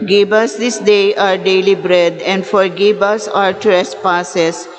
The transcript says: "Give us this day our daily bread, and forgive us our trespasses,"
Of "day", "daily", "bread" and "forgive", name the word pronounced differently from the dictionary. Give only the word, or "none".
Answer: forgive